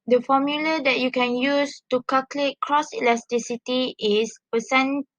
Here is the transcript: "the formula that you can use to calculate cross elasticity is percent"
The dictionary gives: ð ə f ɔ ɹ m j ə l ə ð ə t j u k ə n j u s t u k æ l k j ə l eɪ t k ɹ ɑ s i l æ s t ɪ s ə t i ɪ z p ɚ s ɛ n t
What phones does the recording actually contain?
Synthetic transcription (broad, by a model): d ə f ɔ m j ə l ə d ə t j u k ə n j u s t u k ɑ k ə l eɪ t k ɹ ɑ s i l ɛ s t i s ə t i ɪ s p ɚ s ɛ n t